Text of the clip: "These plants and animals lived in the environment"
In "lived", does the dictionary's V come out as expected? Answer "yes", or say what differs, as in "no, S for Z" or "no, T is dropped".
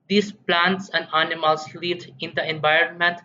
no, V is dropped